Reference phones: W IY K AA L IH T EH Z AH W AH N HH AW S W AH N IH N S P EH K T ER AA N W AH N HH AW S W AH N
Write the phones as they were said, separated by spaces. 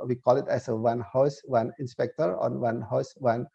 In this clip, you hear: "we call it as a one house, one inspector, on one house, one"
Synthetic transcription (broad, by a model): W IY K AA L IH T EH S AH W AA N HH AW S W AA N IH N S P EH K T ER AA N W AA N HH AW S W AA N